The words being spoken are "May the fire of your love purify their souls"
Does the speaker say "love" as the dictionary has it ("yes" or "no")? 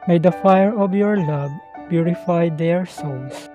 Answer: no